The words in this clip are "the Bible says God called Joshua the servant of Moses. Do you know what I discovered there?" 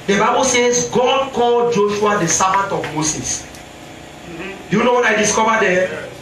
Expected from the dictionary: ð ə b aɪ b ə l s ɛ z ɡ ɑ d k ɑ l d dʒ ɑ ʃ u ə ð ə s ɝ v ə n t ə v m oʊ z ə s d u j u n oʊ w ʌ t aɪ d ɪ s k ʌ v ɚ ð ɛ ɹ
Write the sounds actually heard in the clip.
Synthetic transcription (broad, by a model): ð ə b aɪ b ə l s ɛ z ɡ ɑ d k ɑ l dʒ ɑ ʃ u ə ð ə s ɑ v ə t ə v m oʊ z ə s d u j u n oʊ w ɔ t aɪ d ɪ s k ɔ v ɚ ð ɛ